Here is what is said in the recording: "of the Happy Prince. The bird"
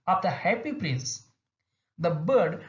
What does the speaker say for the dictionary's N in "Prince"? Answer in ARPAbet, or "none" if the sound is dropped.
N